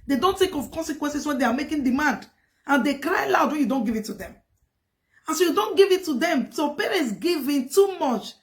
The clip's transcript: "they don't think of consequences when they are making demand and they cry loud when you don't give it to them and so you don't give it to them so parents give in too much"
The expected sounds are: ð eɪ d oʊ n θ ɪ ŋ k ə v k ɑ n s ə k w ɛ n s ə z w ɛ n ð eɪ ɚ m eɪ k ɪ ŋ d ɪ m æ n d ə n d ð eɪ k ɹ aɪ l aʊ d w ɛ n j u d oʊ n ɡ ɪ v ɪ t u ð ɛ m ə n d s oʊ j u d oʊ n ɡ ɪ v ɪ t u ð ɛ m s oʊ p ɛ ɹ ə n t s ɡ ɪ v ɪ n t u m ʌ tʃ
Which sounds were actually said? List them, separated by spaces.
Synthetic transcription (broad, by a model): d eɪ d oʊ n t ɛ k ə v k ɑ n s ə k w ɛ n s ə s w ɛ n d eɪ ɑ m eɪ k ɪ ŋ d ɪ m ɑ n d ə n d eɪ k ɹ aɪ l aʊ d w ɛ n j u d oʊ n ɡ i v ɪ t u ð ɛ m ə n s oʊ j u d oʊ n ɡ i v ɪ t u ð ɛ m s oʊ p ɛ ɹ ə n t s ɡ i v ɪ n t u m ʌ tʃ